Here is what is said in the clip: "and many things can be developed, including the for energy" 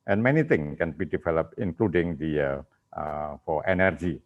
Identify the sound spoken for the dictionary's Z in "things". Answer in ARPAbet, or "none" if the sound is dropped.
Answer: none